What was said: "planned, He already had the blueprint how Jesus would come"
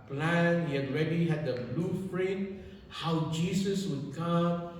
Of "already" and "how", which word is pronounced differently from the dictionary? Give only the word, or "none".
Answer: already